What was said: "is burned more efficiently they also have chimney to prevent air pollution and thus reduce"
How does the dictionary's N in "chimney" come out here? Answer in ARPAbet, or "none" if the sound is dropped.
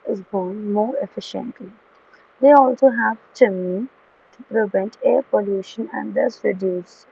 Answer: none